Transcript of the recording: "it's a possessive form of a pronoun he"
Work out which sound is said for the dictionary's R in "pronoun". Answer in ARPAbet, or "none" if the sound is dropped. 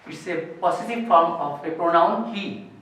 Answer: R